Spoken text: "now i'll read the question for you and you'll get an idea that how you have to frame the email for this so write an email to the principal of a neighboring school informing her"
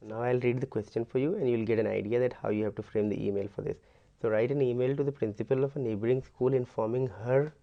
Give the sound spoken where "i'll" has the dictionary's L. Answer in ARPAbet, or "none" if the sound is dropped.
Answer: L